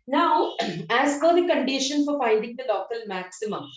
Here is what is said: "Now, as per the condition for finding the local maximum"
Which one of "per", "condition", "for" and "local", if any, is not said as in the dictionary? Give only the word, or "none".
per